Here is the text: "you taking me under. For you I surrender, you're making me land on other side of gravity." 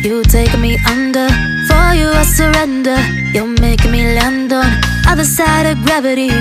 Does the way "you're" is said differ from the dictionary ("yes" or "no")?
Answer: yes